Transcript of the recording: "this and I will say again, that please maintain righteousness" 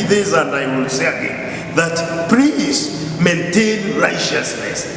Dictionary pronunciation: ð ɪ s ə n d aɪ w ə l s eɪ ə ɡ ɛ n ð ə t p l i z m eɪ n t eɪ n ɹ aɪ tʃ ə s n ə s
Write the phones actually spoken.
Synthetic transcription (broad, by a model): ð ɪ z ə n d aɪ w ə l s eɪ ə ɡ ɛ n ð ə t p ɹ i s m eɪ n t eɪ n ɹ aɪ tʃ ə s n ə s